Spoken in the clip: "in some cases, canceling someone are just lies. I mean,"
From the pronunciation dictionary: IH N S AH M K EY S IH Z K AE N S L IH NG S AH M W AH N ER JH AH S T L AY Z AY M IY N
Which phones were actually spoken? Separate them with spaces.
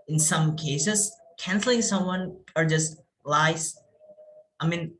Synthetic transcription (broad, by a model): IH N S AH M K EY S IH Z K AE N S L IH NG S AH M W AH N ER JH AH S T L AY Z AY M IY N